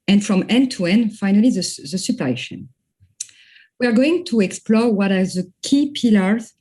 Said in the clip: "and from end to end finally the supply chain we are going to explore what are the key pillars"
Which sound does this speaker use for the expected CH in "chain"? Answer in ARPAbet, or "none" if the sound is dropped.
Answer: SH